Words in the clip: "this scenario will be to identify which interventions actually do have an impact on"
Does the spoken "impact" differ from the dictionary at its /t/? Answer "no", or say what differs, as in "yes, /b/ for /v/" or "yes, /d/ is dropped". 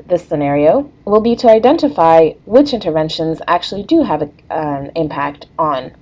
no